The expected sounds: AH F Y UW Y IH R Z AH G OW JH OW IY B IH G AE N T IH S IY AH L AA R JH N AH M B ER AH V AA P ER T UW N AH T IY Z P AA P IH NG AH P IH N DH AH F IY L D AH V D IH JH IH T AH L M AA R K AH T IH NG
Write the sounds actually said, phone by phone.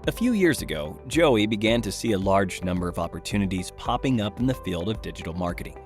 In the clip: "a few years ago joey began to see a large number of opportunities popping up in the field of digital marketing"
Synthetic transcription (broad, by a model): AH F Y UW Y IH R Z AH G OW JH OW IY B IH G AE N T IH S IY AH L AA R JH N AH M B ER AH V AA P ER T UW N AH T IY Z P AA P IH NG AH P N DH AH F IY L D AH V D IH JH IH T L M AA R K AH T IH NG